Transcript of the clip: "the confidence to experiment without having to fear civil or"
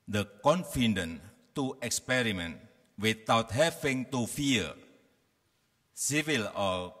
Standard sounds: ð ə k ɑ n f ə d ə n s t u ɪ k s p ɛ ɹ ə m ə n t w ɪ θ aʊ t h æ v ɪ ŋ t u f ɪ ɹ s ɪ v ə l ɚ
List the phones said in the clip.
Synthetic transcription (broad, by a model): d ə k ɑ n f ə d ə n t u ɪ k s p ɛ ɹ ə m ə n t w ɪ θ aʊ t h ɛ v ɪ ŋ t u f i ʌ s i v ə l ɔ